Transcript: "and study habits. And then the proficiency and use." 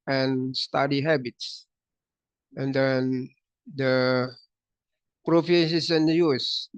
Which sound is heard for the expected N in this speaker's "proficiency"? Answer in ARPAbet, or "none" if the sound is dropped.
none